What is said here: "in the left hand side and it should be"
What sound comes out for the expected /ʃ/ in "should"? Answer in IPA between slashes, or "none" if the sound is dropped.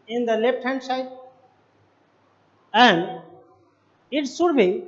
/s/